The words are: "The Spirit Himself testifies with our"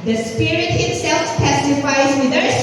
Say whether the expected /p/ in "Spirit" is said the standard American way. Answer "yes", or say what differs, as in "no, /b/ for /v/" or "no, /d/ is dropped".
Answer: yes